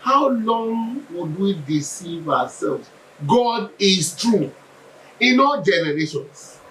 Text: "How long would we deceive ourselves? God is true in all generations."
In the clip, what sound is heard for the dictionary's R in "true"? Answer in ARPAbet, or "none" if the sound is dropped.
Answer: R